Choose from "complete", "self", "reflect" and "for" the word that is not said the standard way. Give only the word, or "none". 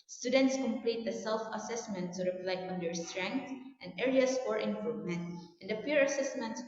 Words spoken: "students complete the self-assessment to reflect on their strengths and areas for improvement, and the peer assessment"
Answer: reflect